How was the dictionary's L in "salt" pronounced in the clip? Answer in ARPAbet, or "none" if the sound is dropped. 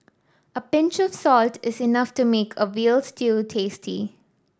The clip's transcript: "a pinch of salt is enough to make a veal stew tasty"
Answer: L